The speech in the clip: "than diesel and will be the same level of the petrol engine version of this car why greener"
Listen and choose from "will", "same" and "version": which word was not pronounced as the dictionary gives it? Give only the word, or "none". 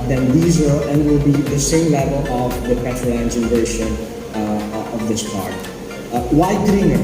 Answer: version